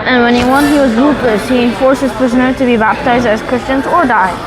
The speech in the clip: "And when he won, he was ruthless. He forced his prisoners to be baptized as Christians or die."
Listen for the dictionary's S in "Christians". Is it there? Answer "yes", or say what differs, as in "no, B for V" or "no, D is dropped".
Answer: yes